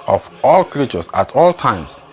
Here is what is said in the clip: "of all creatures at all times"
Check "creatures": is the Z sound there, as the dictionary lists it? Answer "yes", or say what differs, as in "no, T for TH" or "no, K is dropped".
no, S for Z